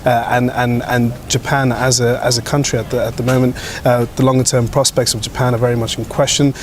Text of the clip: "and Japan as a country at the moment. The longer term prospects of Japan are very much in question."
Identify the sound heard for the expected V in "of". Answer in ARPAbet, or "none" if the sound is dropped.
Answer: V